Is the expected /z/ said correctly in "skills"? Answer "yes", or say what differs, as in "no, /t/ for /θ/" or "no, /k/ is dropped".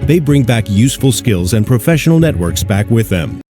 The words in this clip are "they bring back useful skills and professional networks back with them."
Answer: yes